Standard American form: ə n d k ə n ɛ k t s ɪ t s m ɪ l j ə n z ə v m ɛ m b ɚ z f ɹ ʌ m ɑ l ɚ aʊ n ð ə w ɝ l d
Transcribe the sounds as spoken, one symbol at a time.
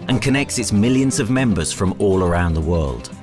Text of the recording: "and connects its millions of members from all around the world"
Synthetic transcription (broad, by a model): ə n k ə n ɛ k t s ɪ t s m ɪ l j ə n z ə v m ɛ m b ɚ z f ɹ ʌ m ɑ l ɚ aʊ n ð ə w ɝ l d